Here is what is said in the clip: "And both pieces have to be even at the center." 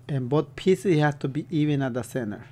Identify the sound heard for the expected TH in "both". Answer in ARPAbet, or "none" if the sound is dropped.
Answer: T